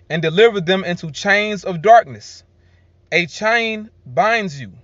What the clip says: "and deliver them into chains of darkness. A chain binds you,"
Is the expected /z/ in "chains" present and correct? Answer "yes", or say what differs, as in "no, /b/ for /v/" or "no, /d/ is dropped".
yes